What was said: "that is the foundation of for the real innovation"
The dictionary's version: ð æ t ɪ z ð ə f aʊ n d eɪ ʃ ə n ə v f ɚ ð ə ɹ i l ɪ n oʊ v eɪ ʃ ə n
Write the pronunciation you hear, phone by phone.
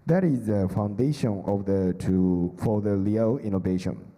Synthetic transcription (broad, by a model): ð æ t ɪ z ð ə f aʊ n d eɪ ʃ ə n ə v f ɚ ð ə l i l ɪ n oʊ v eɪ ʃ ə n